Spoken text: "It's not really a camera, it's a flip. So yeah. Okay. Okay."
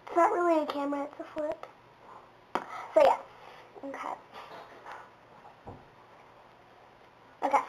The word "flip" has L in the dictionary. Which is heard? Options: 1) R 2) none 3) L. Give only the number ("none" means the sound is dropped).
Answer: 2